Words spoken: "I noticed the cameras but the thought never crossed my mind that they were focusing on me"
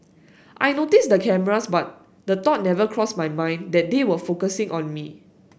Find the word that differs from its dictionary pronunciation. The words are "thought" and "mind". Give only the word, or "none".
thought